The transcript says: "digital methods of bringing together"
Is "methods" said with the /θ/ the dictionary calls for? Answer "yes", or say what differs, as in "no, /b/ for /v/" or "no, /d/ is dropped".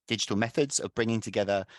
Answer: yes